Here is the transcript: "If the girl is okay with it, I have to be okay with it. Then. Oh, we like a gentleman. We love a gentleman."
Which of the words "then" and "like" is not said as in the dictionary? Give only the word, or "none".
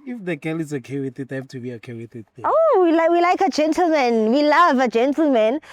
then